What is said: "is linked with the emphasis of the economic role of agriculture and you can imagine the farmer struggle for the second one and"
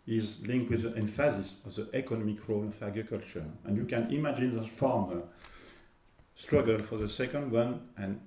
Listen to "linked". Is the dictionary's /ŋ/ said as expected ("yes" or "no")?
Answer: yes